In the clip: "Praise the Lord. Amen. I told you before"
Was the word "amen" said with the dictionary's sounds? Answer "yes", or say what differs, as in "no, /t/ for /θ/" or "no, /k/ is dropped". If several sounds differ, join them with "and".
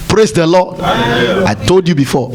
no, /m/ is dropped